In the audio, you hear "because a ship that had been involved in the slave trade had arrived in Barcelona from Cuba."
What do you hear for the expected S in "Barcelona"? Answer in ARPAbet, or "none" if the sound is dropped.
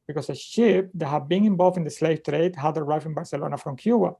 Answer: S